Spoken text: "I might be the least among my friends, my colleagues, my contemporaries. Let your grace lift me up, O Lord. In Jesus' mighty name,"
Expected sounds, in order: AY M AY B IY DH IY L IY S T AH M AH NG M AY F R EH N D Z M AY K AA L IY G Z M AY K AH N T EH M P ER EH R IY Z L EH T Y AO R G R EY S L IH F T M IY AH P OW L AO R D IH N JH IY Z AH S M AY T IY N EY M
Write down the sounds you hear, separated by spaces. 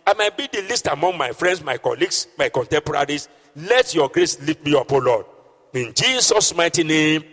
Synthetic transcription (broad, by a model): AY M AY B IY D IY L IY S T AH M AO NG M AY F R EH N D S M AY K AA L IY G S M AY K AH N T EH M P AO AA R IY S L EH T Y AO G R EY S L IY T M IY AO P OW L AO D IH N JH IY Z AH S M AY T IY N EY M